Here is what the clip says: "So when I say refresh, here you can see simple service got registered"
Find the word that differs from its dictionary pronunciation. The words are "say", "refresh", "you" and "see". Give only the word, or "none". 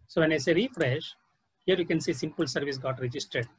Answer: none